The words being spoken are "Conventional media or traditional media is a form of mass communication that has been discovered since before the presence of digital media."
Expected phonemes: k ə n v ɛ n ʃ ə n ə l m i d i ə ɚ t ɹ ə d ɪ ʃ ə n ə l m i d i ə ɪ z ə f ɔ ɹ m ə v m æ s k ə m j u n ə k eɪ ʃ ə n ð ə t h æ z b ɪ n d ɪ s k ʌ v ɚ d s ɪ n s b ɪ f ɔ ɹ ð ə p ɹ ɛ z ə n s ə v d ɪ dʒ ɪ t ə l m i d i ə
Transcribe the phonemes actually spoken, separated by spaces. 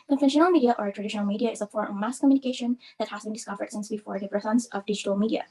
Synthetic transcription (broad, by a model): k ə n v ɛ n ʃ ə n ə l m i d i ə ɚ t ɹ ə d ɪ ʃ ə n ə l m i d i ə ɪ z ə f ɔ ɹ ə m æ s k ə m j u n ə k eɪ ʃ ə n ð ə t h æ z b ɪ n d ɪ s k ʌ v ɚ d s ɪ n s b ɪ f ɔ ɹ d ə f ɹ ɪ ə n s ə v d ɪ dʒ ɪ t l m i d i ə